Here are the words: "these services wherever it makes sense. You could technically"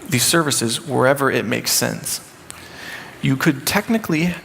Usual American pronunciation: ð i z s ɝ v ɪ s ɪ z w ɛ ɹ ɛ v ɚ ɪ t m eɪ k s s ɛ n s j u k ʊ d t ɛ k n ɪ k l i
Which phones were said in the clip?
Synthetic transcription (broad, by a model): ð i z s ɝ v ɪ s ɪ z w ɛ ɹ ɛ v ɚ ɪ t m eɪ k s s ɛ n s j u k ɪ d t ɛ k n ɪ k l i